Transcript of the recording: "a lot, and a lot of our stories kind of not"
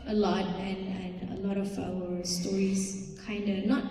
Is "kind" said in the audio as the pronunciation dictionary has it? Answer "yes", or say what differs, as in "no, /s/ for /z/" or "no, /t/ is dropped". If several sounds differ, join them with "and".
yes